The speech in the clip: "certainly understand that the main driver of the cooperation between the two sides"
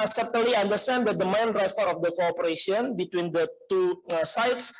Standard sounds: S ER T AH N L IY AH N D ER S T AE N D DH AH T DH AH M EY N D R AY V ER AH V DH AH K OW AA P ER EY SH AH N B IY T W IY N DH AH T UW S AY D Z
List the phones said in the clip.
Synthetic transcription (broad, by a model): S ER T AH N L IY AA N D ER S T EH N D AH T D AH M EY N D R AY F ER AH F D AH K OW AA P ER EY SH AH N B IY T W IY N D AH T UW S AY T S